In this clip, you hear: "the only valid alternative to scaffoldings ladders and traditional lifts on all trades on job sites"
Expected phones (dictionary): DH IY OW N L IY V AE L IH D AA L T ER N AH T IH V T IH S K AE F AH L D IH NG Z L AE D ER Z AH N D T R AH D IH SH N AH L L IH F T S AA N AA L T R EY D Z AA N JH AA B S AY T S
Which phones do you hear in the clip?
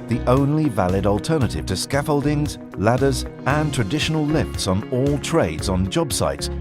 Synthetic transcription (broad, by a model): DH IY OW N L IY V AE L IH D L T ER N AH T IH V T IH S K AE F AH L D IH NG Z L AE D ER Z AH N T R AH D IH SH N AH L L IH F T S N AA L T R EY D Z N JH AA B S AY T S